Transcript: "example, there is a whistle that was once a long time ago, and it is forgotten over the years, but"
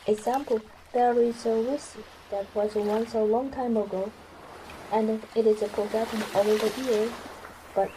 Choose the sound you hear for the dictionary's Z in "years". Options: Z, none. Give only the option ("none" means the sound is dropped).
none